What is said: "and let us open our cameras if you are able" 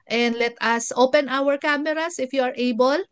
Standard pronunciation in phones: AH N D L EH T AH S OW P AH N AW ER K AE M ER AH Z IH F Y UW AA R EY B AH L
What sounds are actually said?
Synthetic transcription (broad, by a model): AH N D L EH T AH S OW P AH N AW ER K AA M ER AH S IH F Y UW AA R EY B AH L